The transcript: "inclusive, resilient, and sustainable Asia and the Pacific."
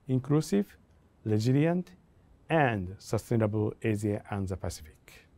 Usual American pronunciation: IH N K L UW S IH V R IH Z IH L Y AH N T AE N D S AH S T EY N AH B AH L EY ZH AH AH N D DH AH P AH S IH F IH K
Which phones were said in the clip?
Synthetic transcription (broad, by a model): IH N K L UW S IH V L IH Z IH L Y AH N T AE N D S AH S T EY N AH B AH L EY Z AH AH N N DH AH P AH S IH F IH K